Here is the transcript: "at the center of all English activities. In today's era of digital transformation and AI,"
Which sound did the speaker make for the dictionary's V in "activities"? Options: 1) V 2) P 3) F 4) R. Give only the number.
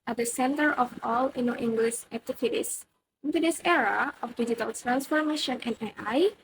3